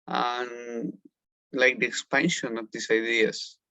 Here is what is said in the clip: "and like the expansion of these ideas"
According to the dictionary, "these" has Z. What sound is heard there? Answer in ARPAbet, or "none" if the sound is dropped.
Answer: S